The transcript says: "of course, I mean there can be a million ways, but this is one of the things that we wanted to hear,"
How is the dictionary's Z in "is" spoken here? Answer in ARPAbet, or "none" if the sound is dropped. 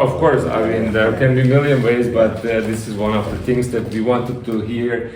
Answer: Z